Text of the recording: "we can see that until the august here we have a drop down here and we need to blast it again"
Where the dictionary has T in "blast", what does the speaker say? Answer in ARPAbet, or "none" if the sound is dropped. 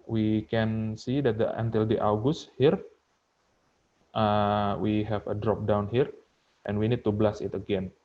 none